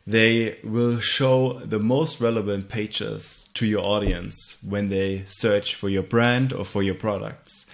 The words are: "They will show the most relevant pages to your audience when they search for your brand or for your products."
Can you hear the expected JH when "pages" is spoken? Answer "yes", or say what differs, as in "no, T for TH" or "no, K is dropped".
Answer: no, CH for JH